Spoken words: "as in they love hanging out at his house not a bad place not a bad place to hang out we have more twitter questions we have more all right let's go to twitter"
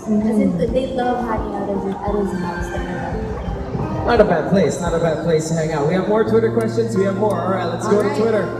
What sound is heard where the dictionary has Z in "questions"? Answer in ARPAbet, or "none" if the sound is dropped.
Z